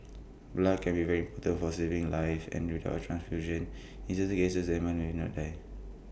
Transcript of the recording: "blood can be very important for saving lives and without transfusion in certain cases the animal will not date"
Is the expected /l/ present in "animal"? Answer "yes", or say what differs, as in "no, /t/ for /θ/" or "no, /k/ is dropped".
no, /n/ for /l/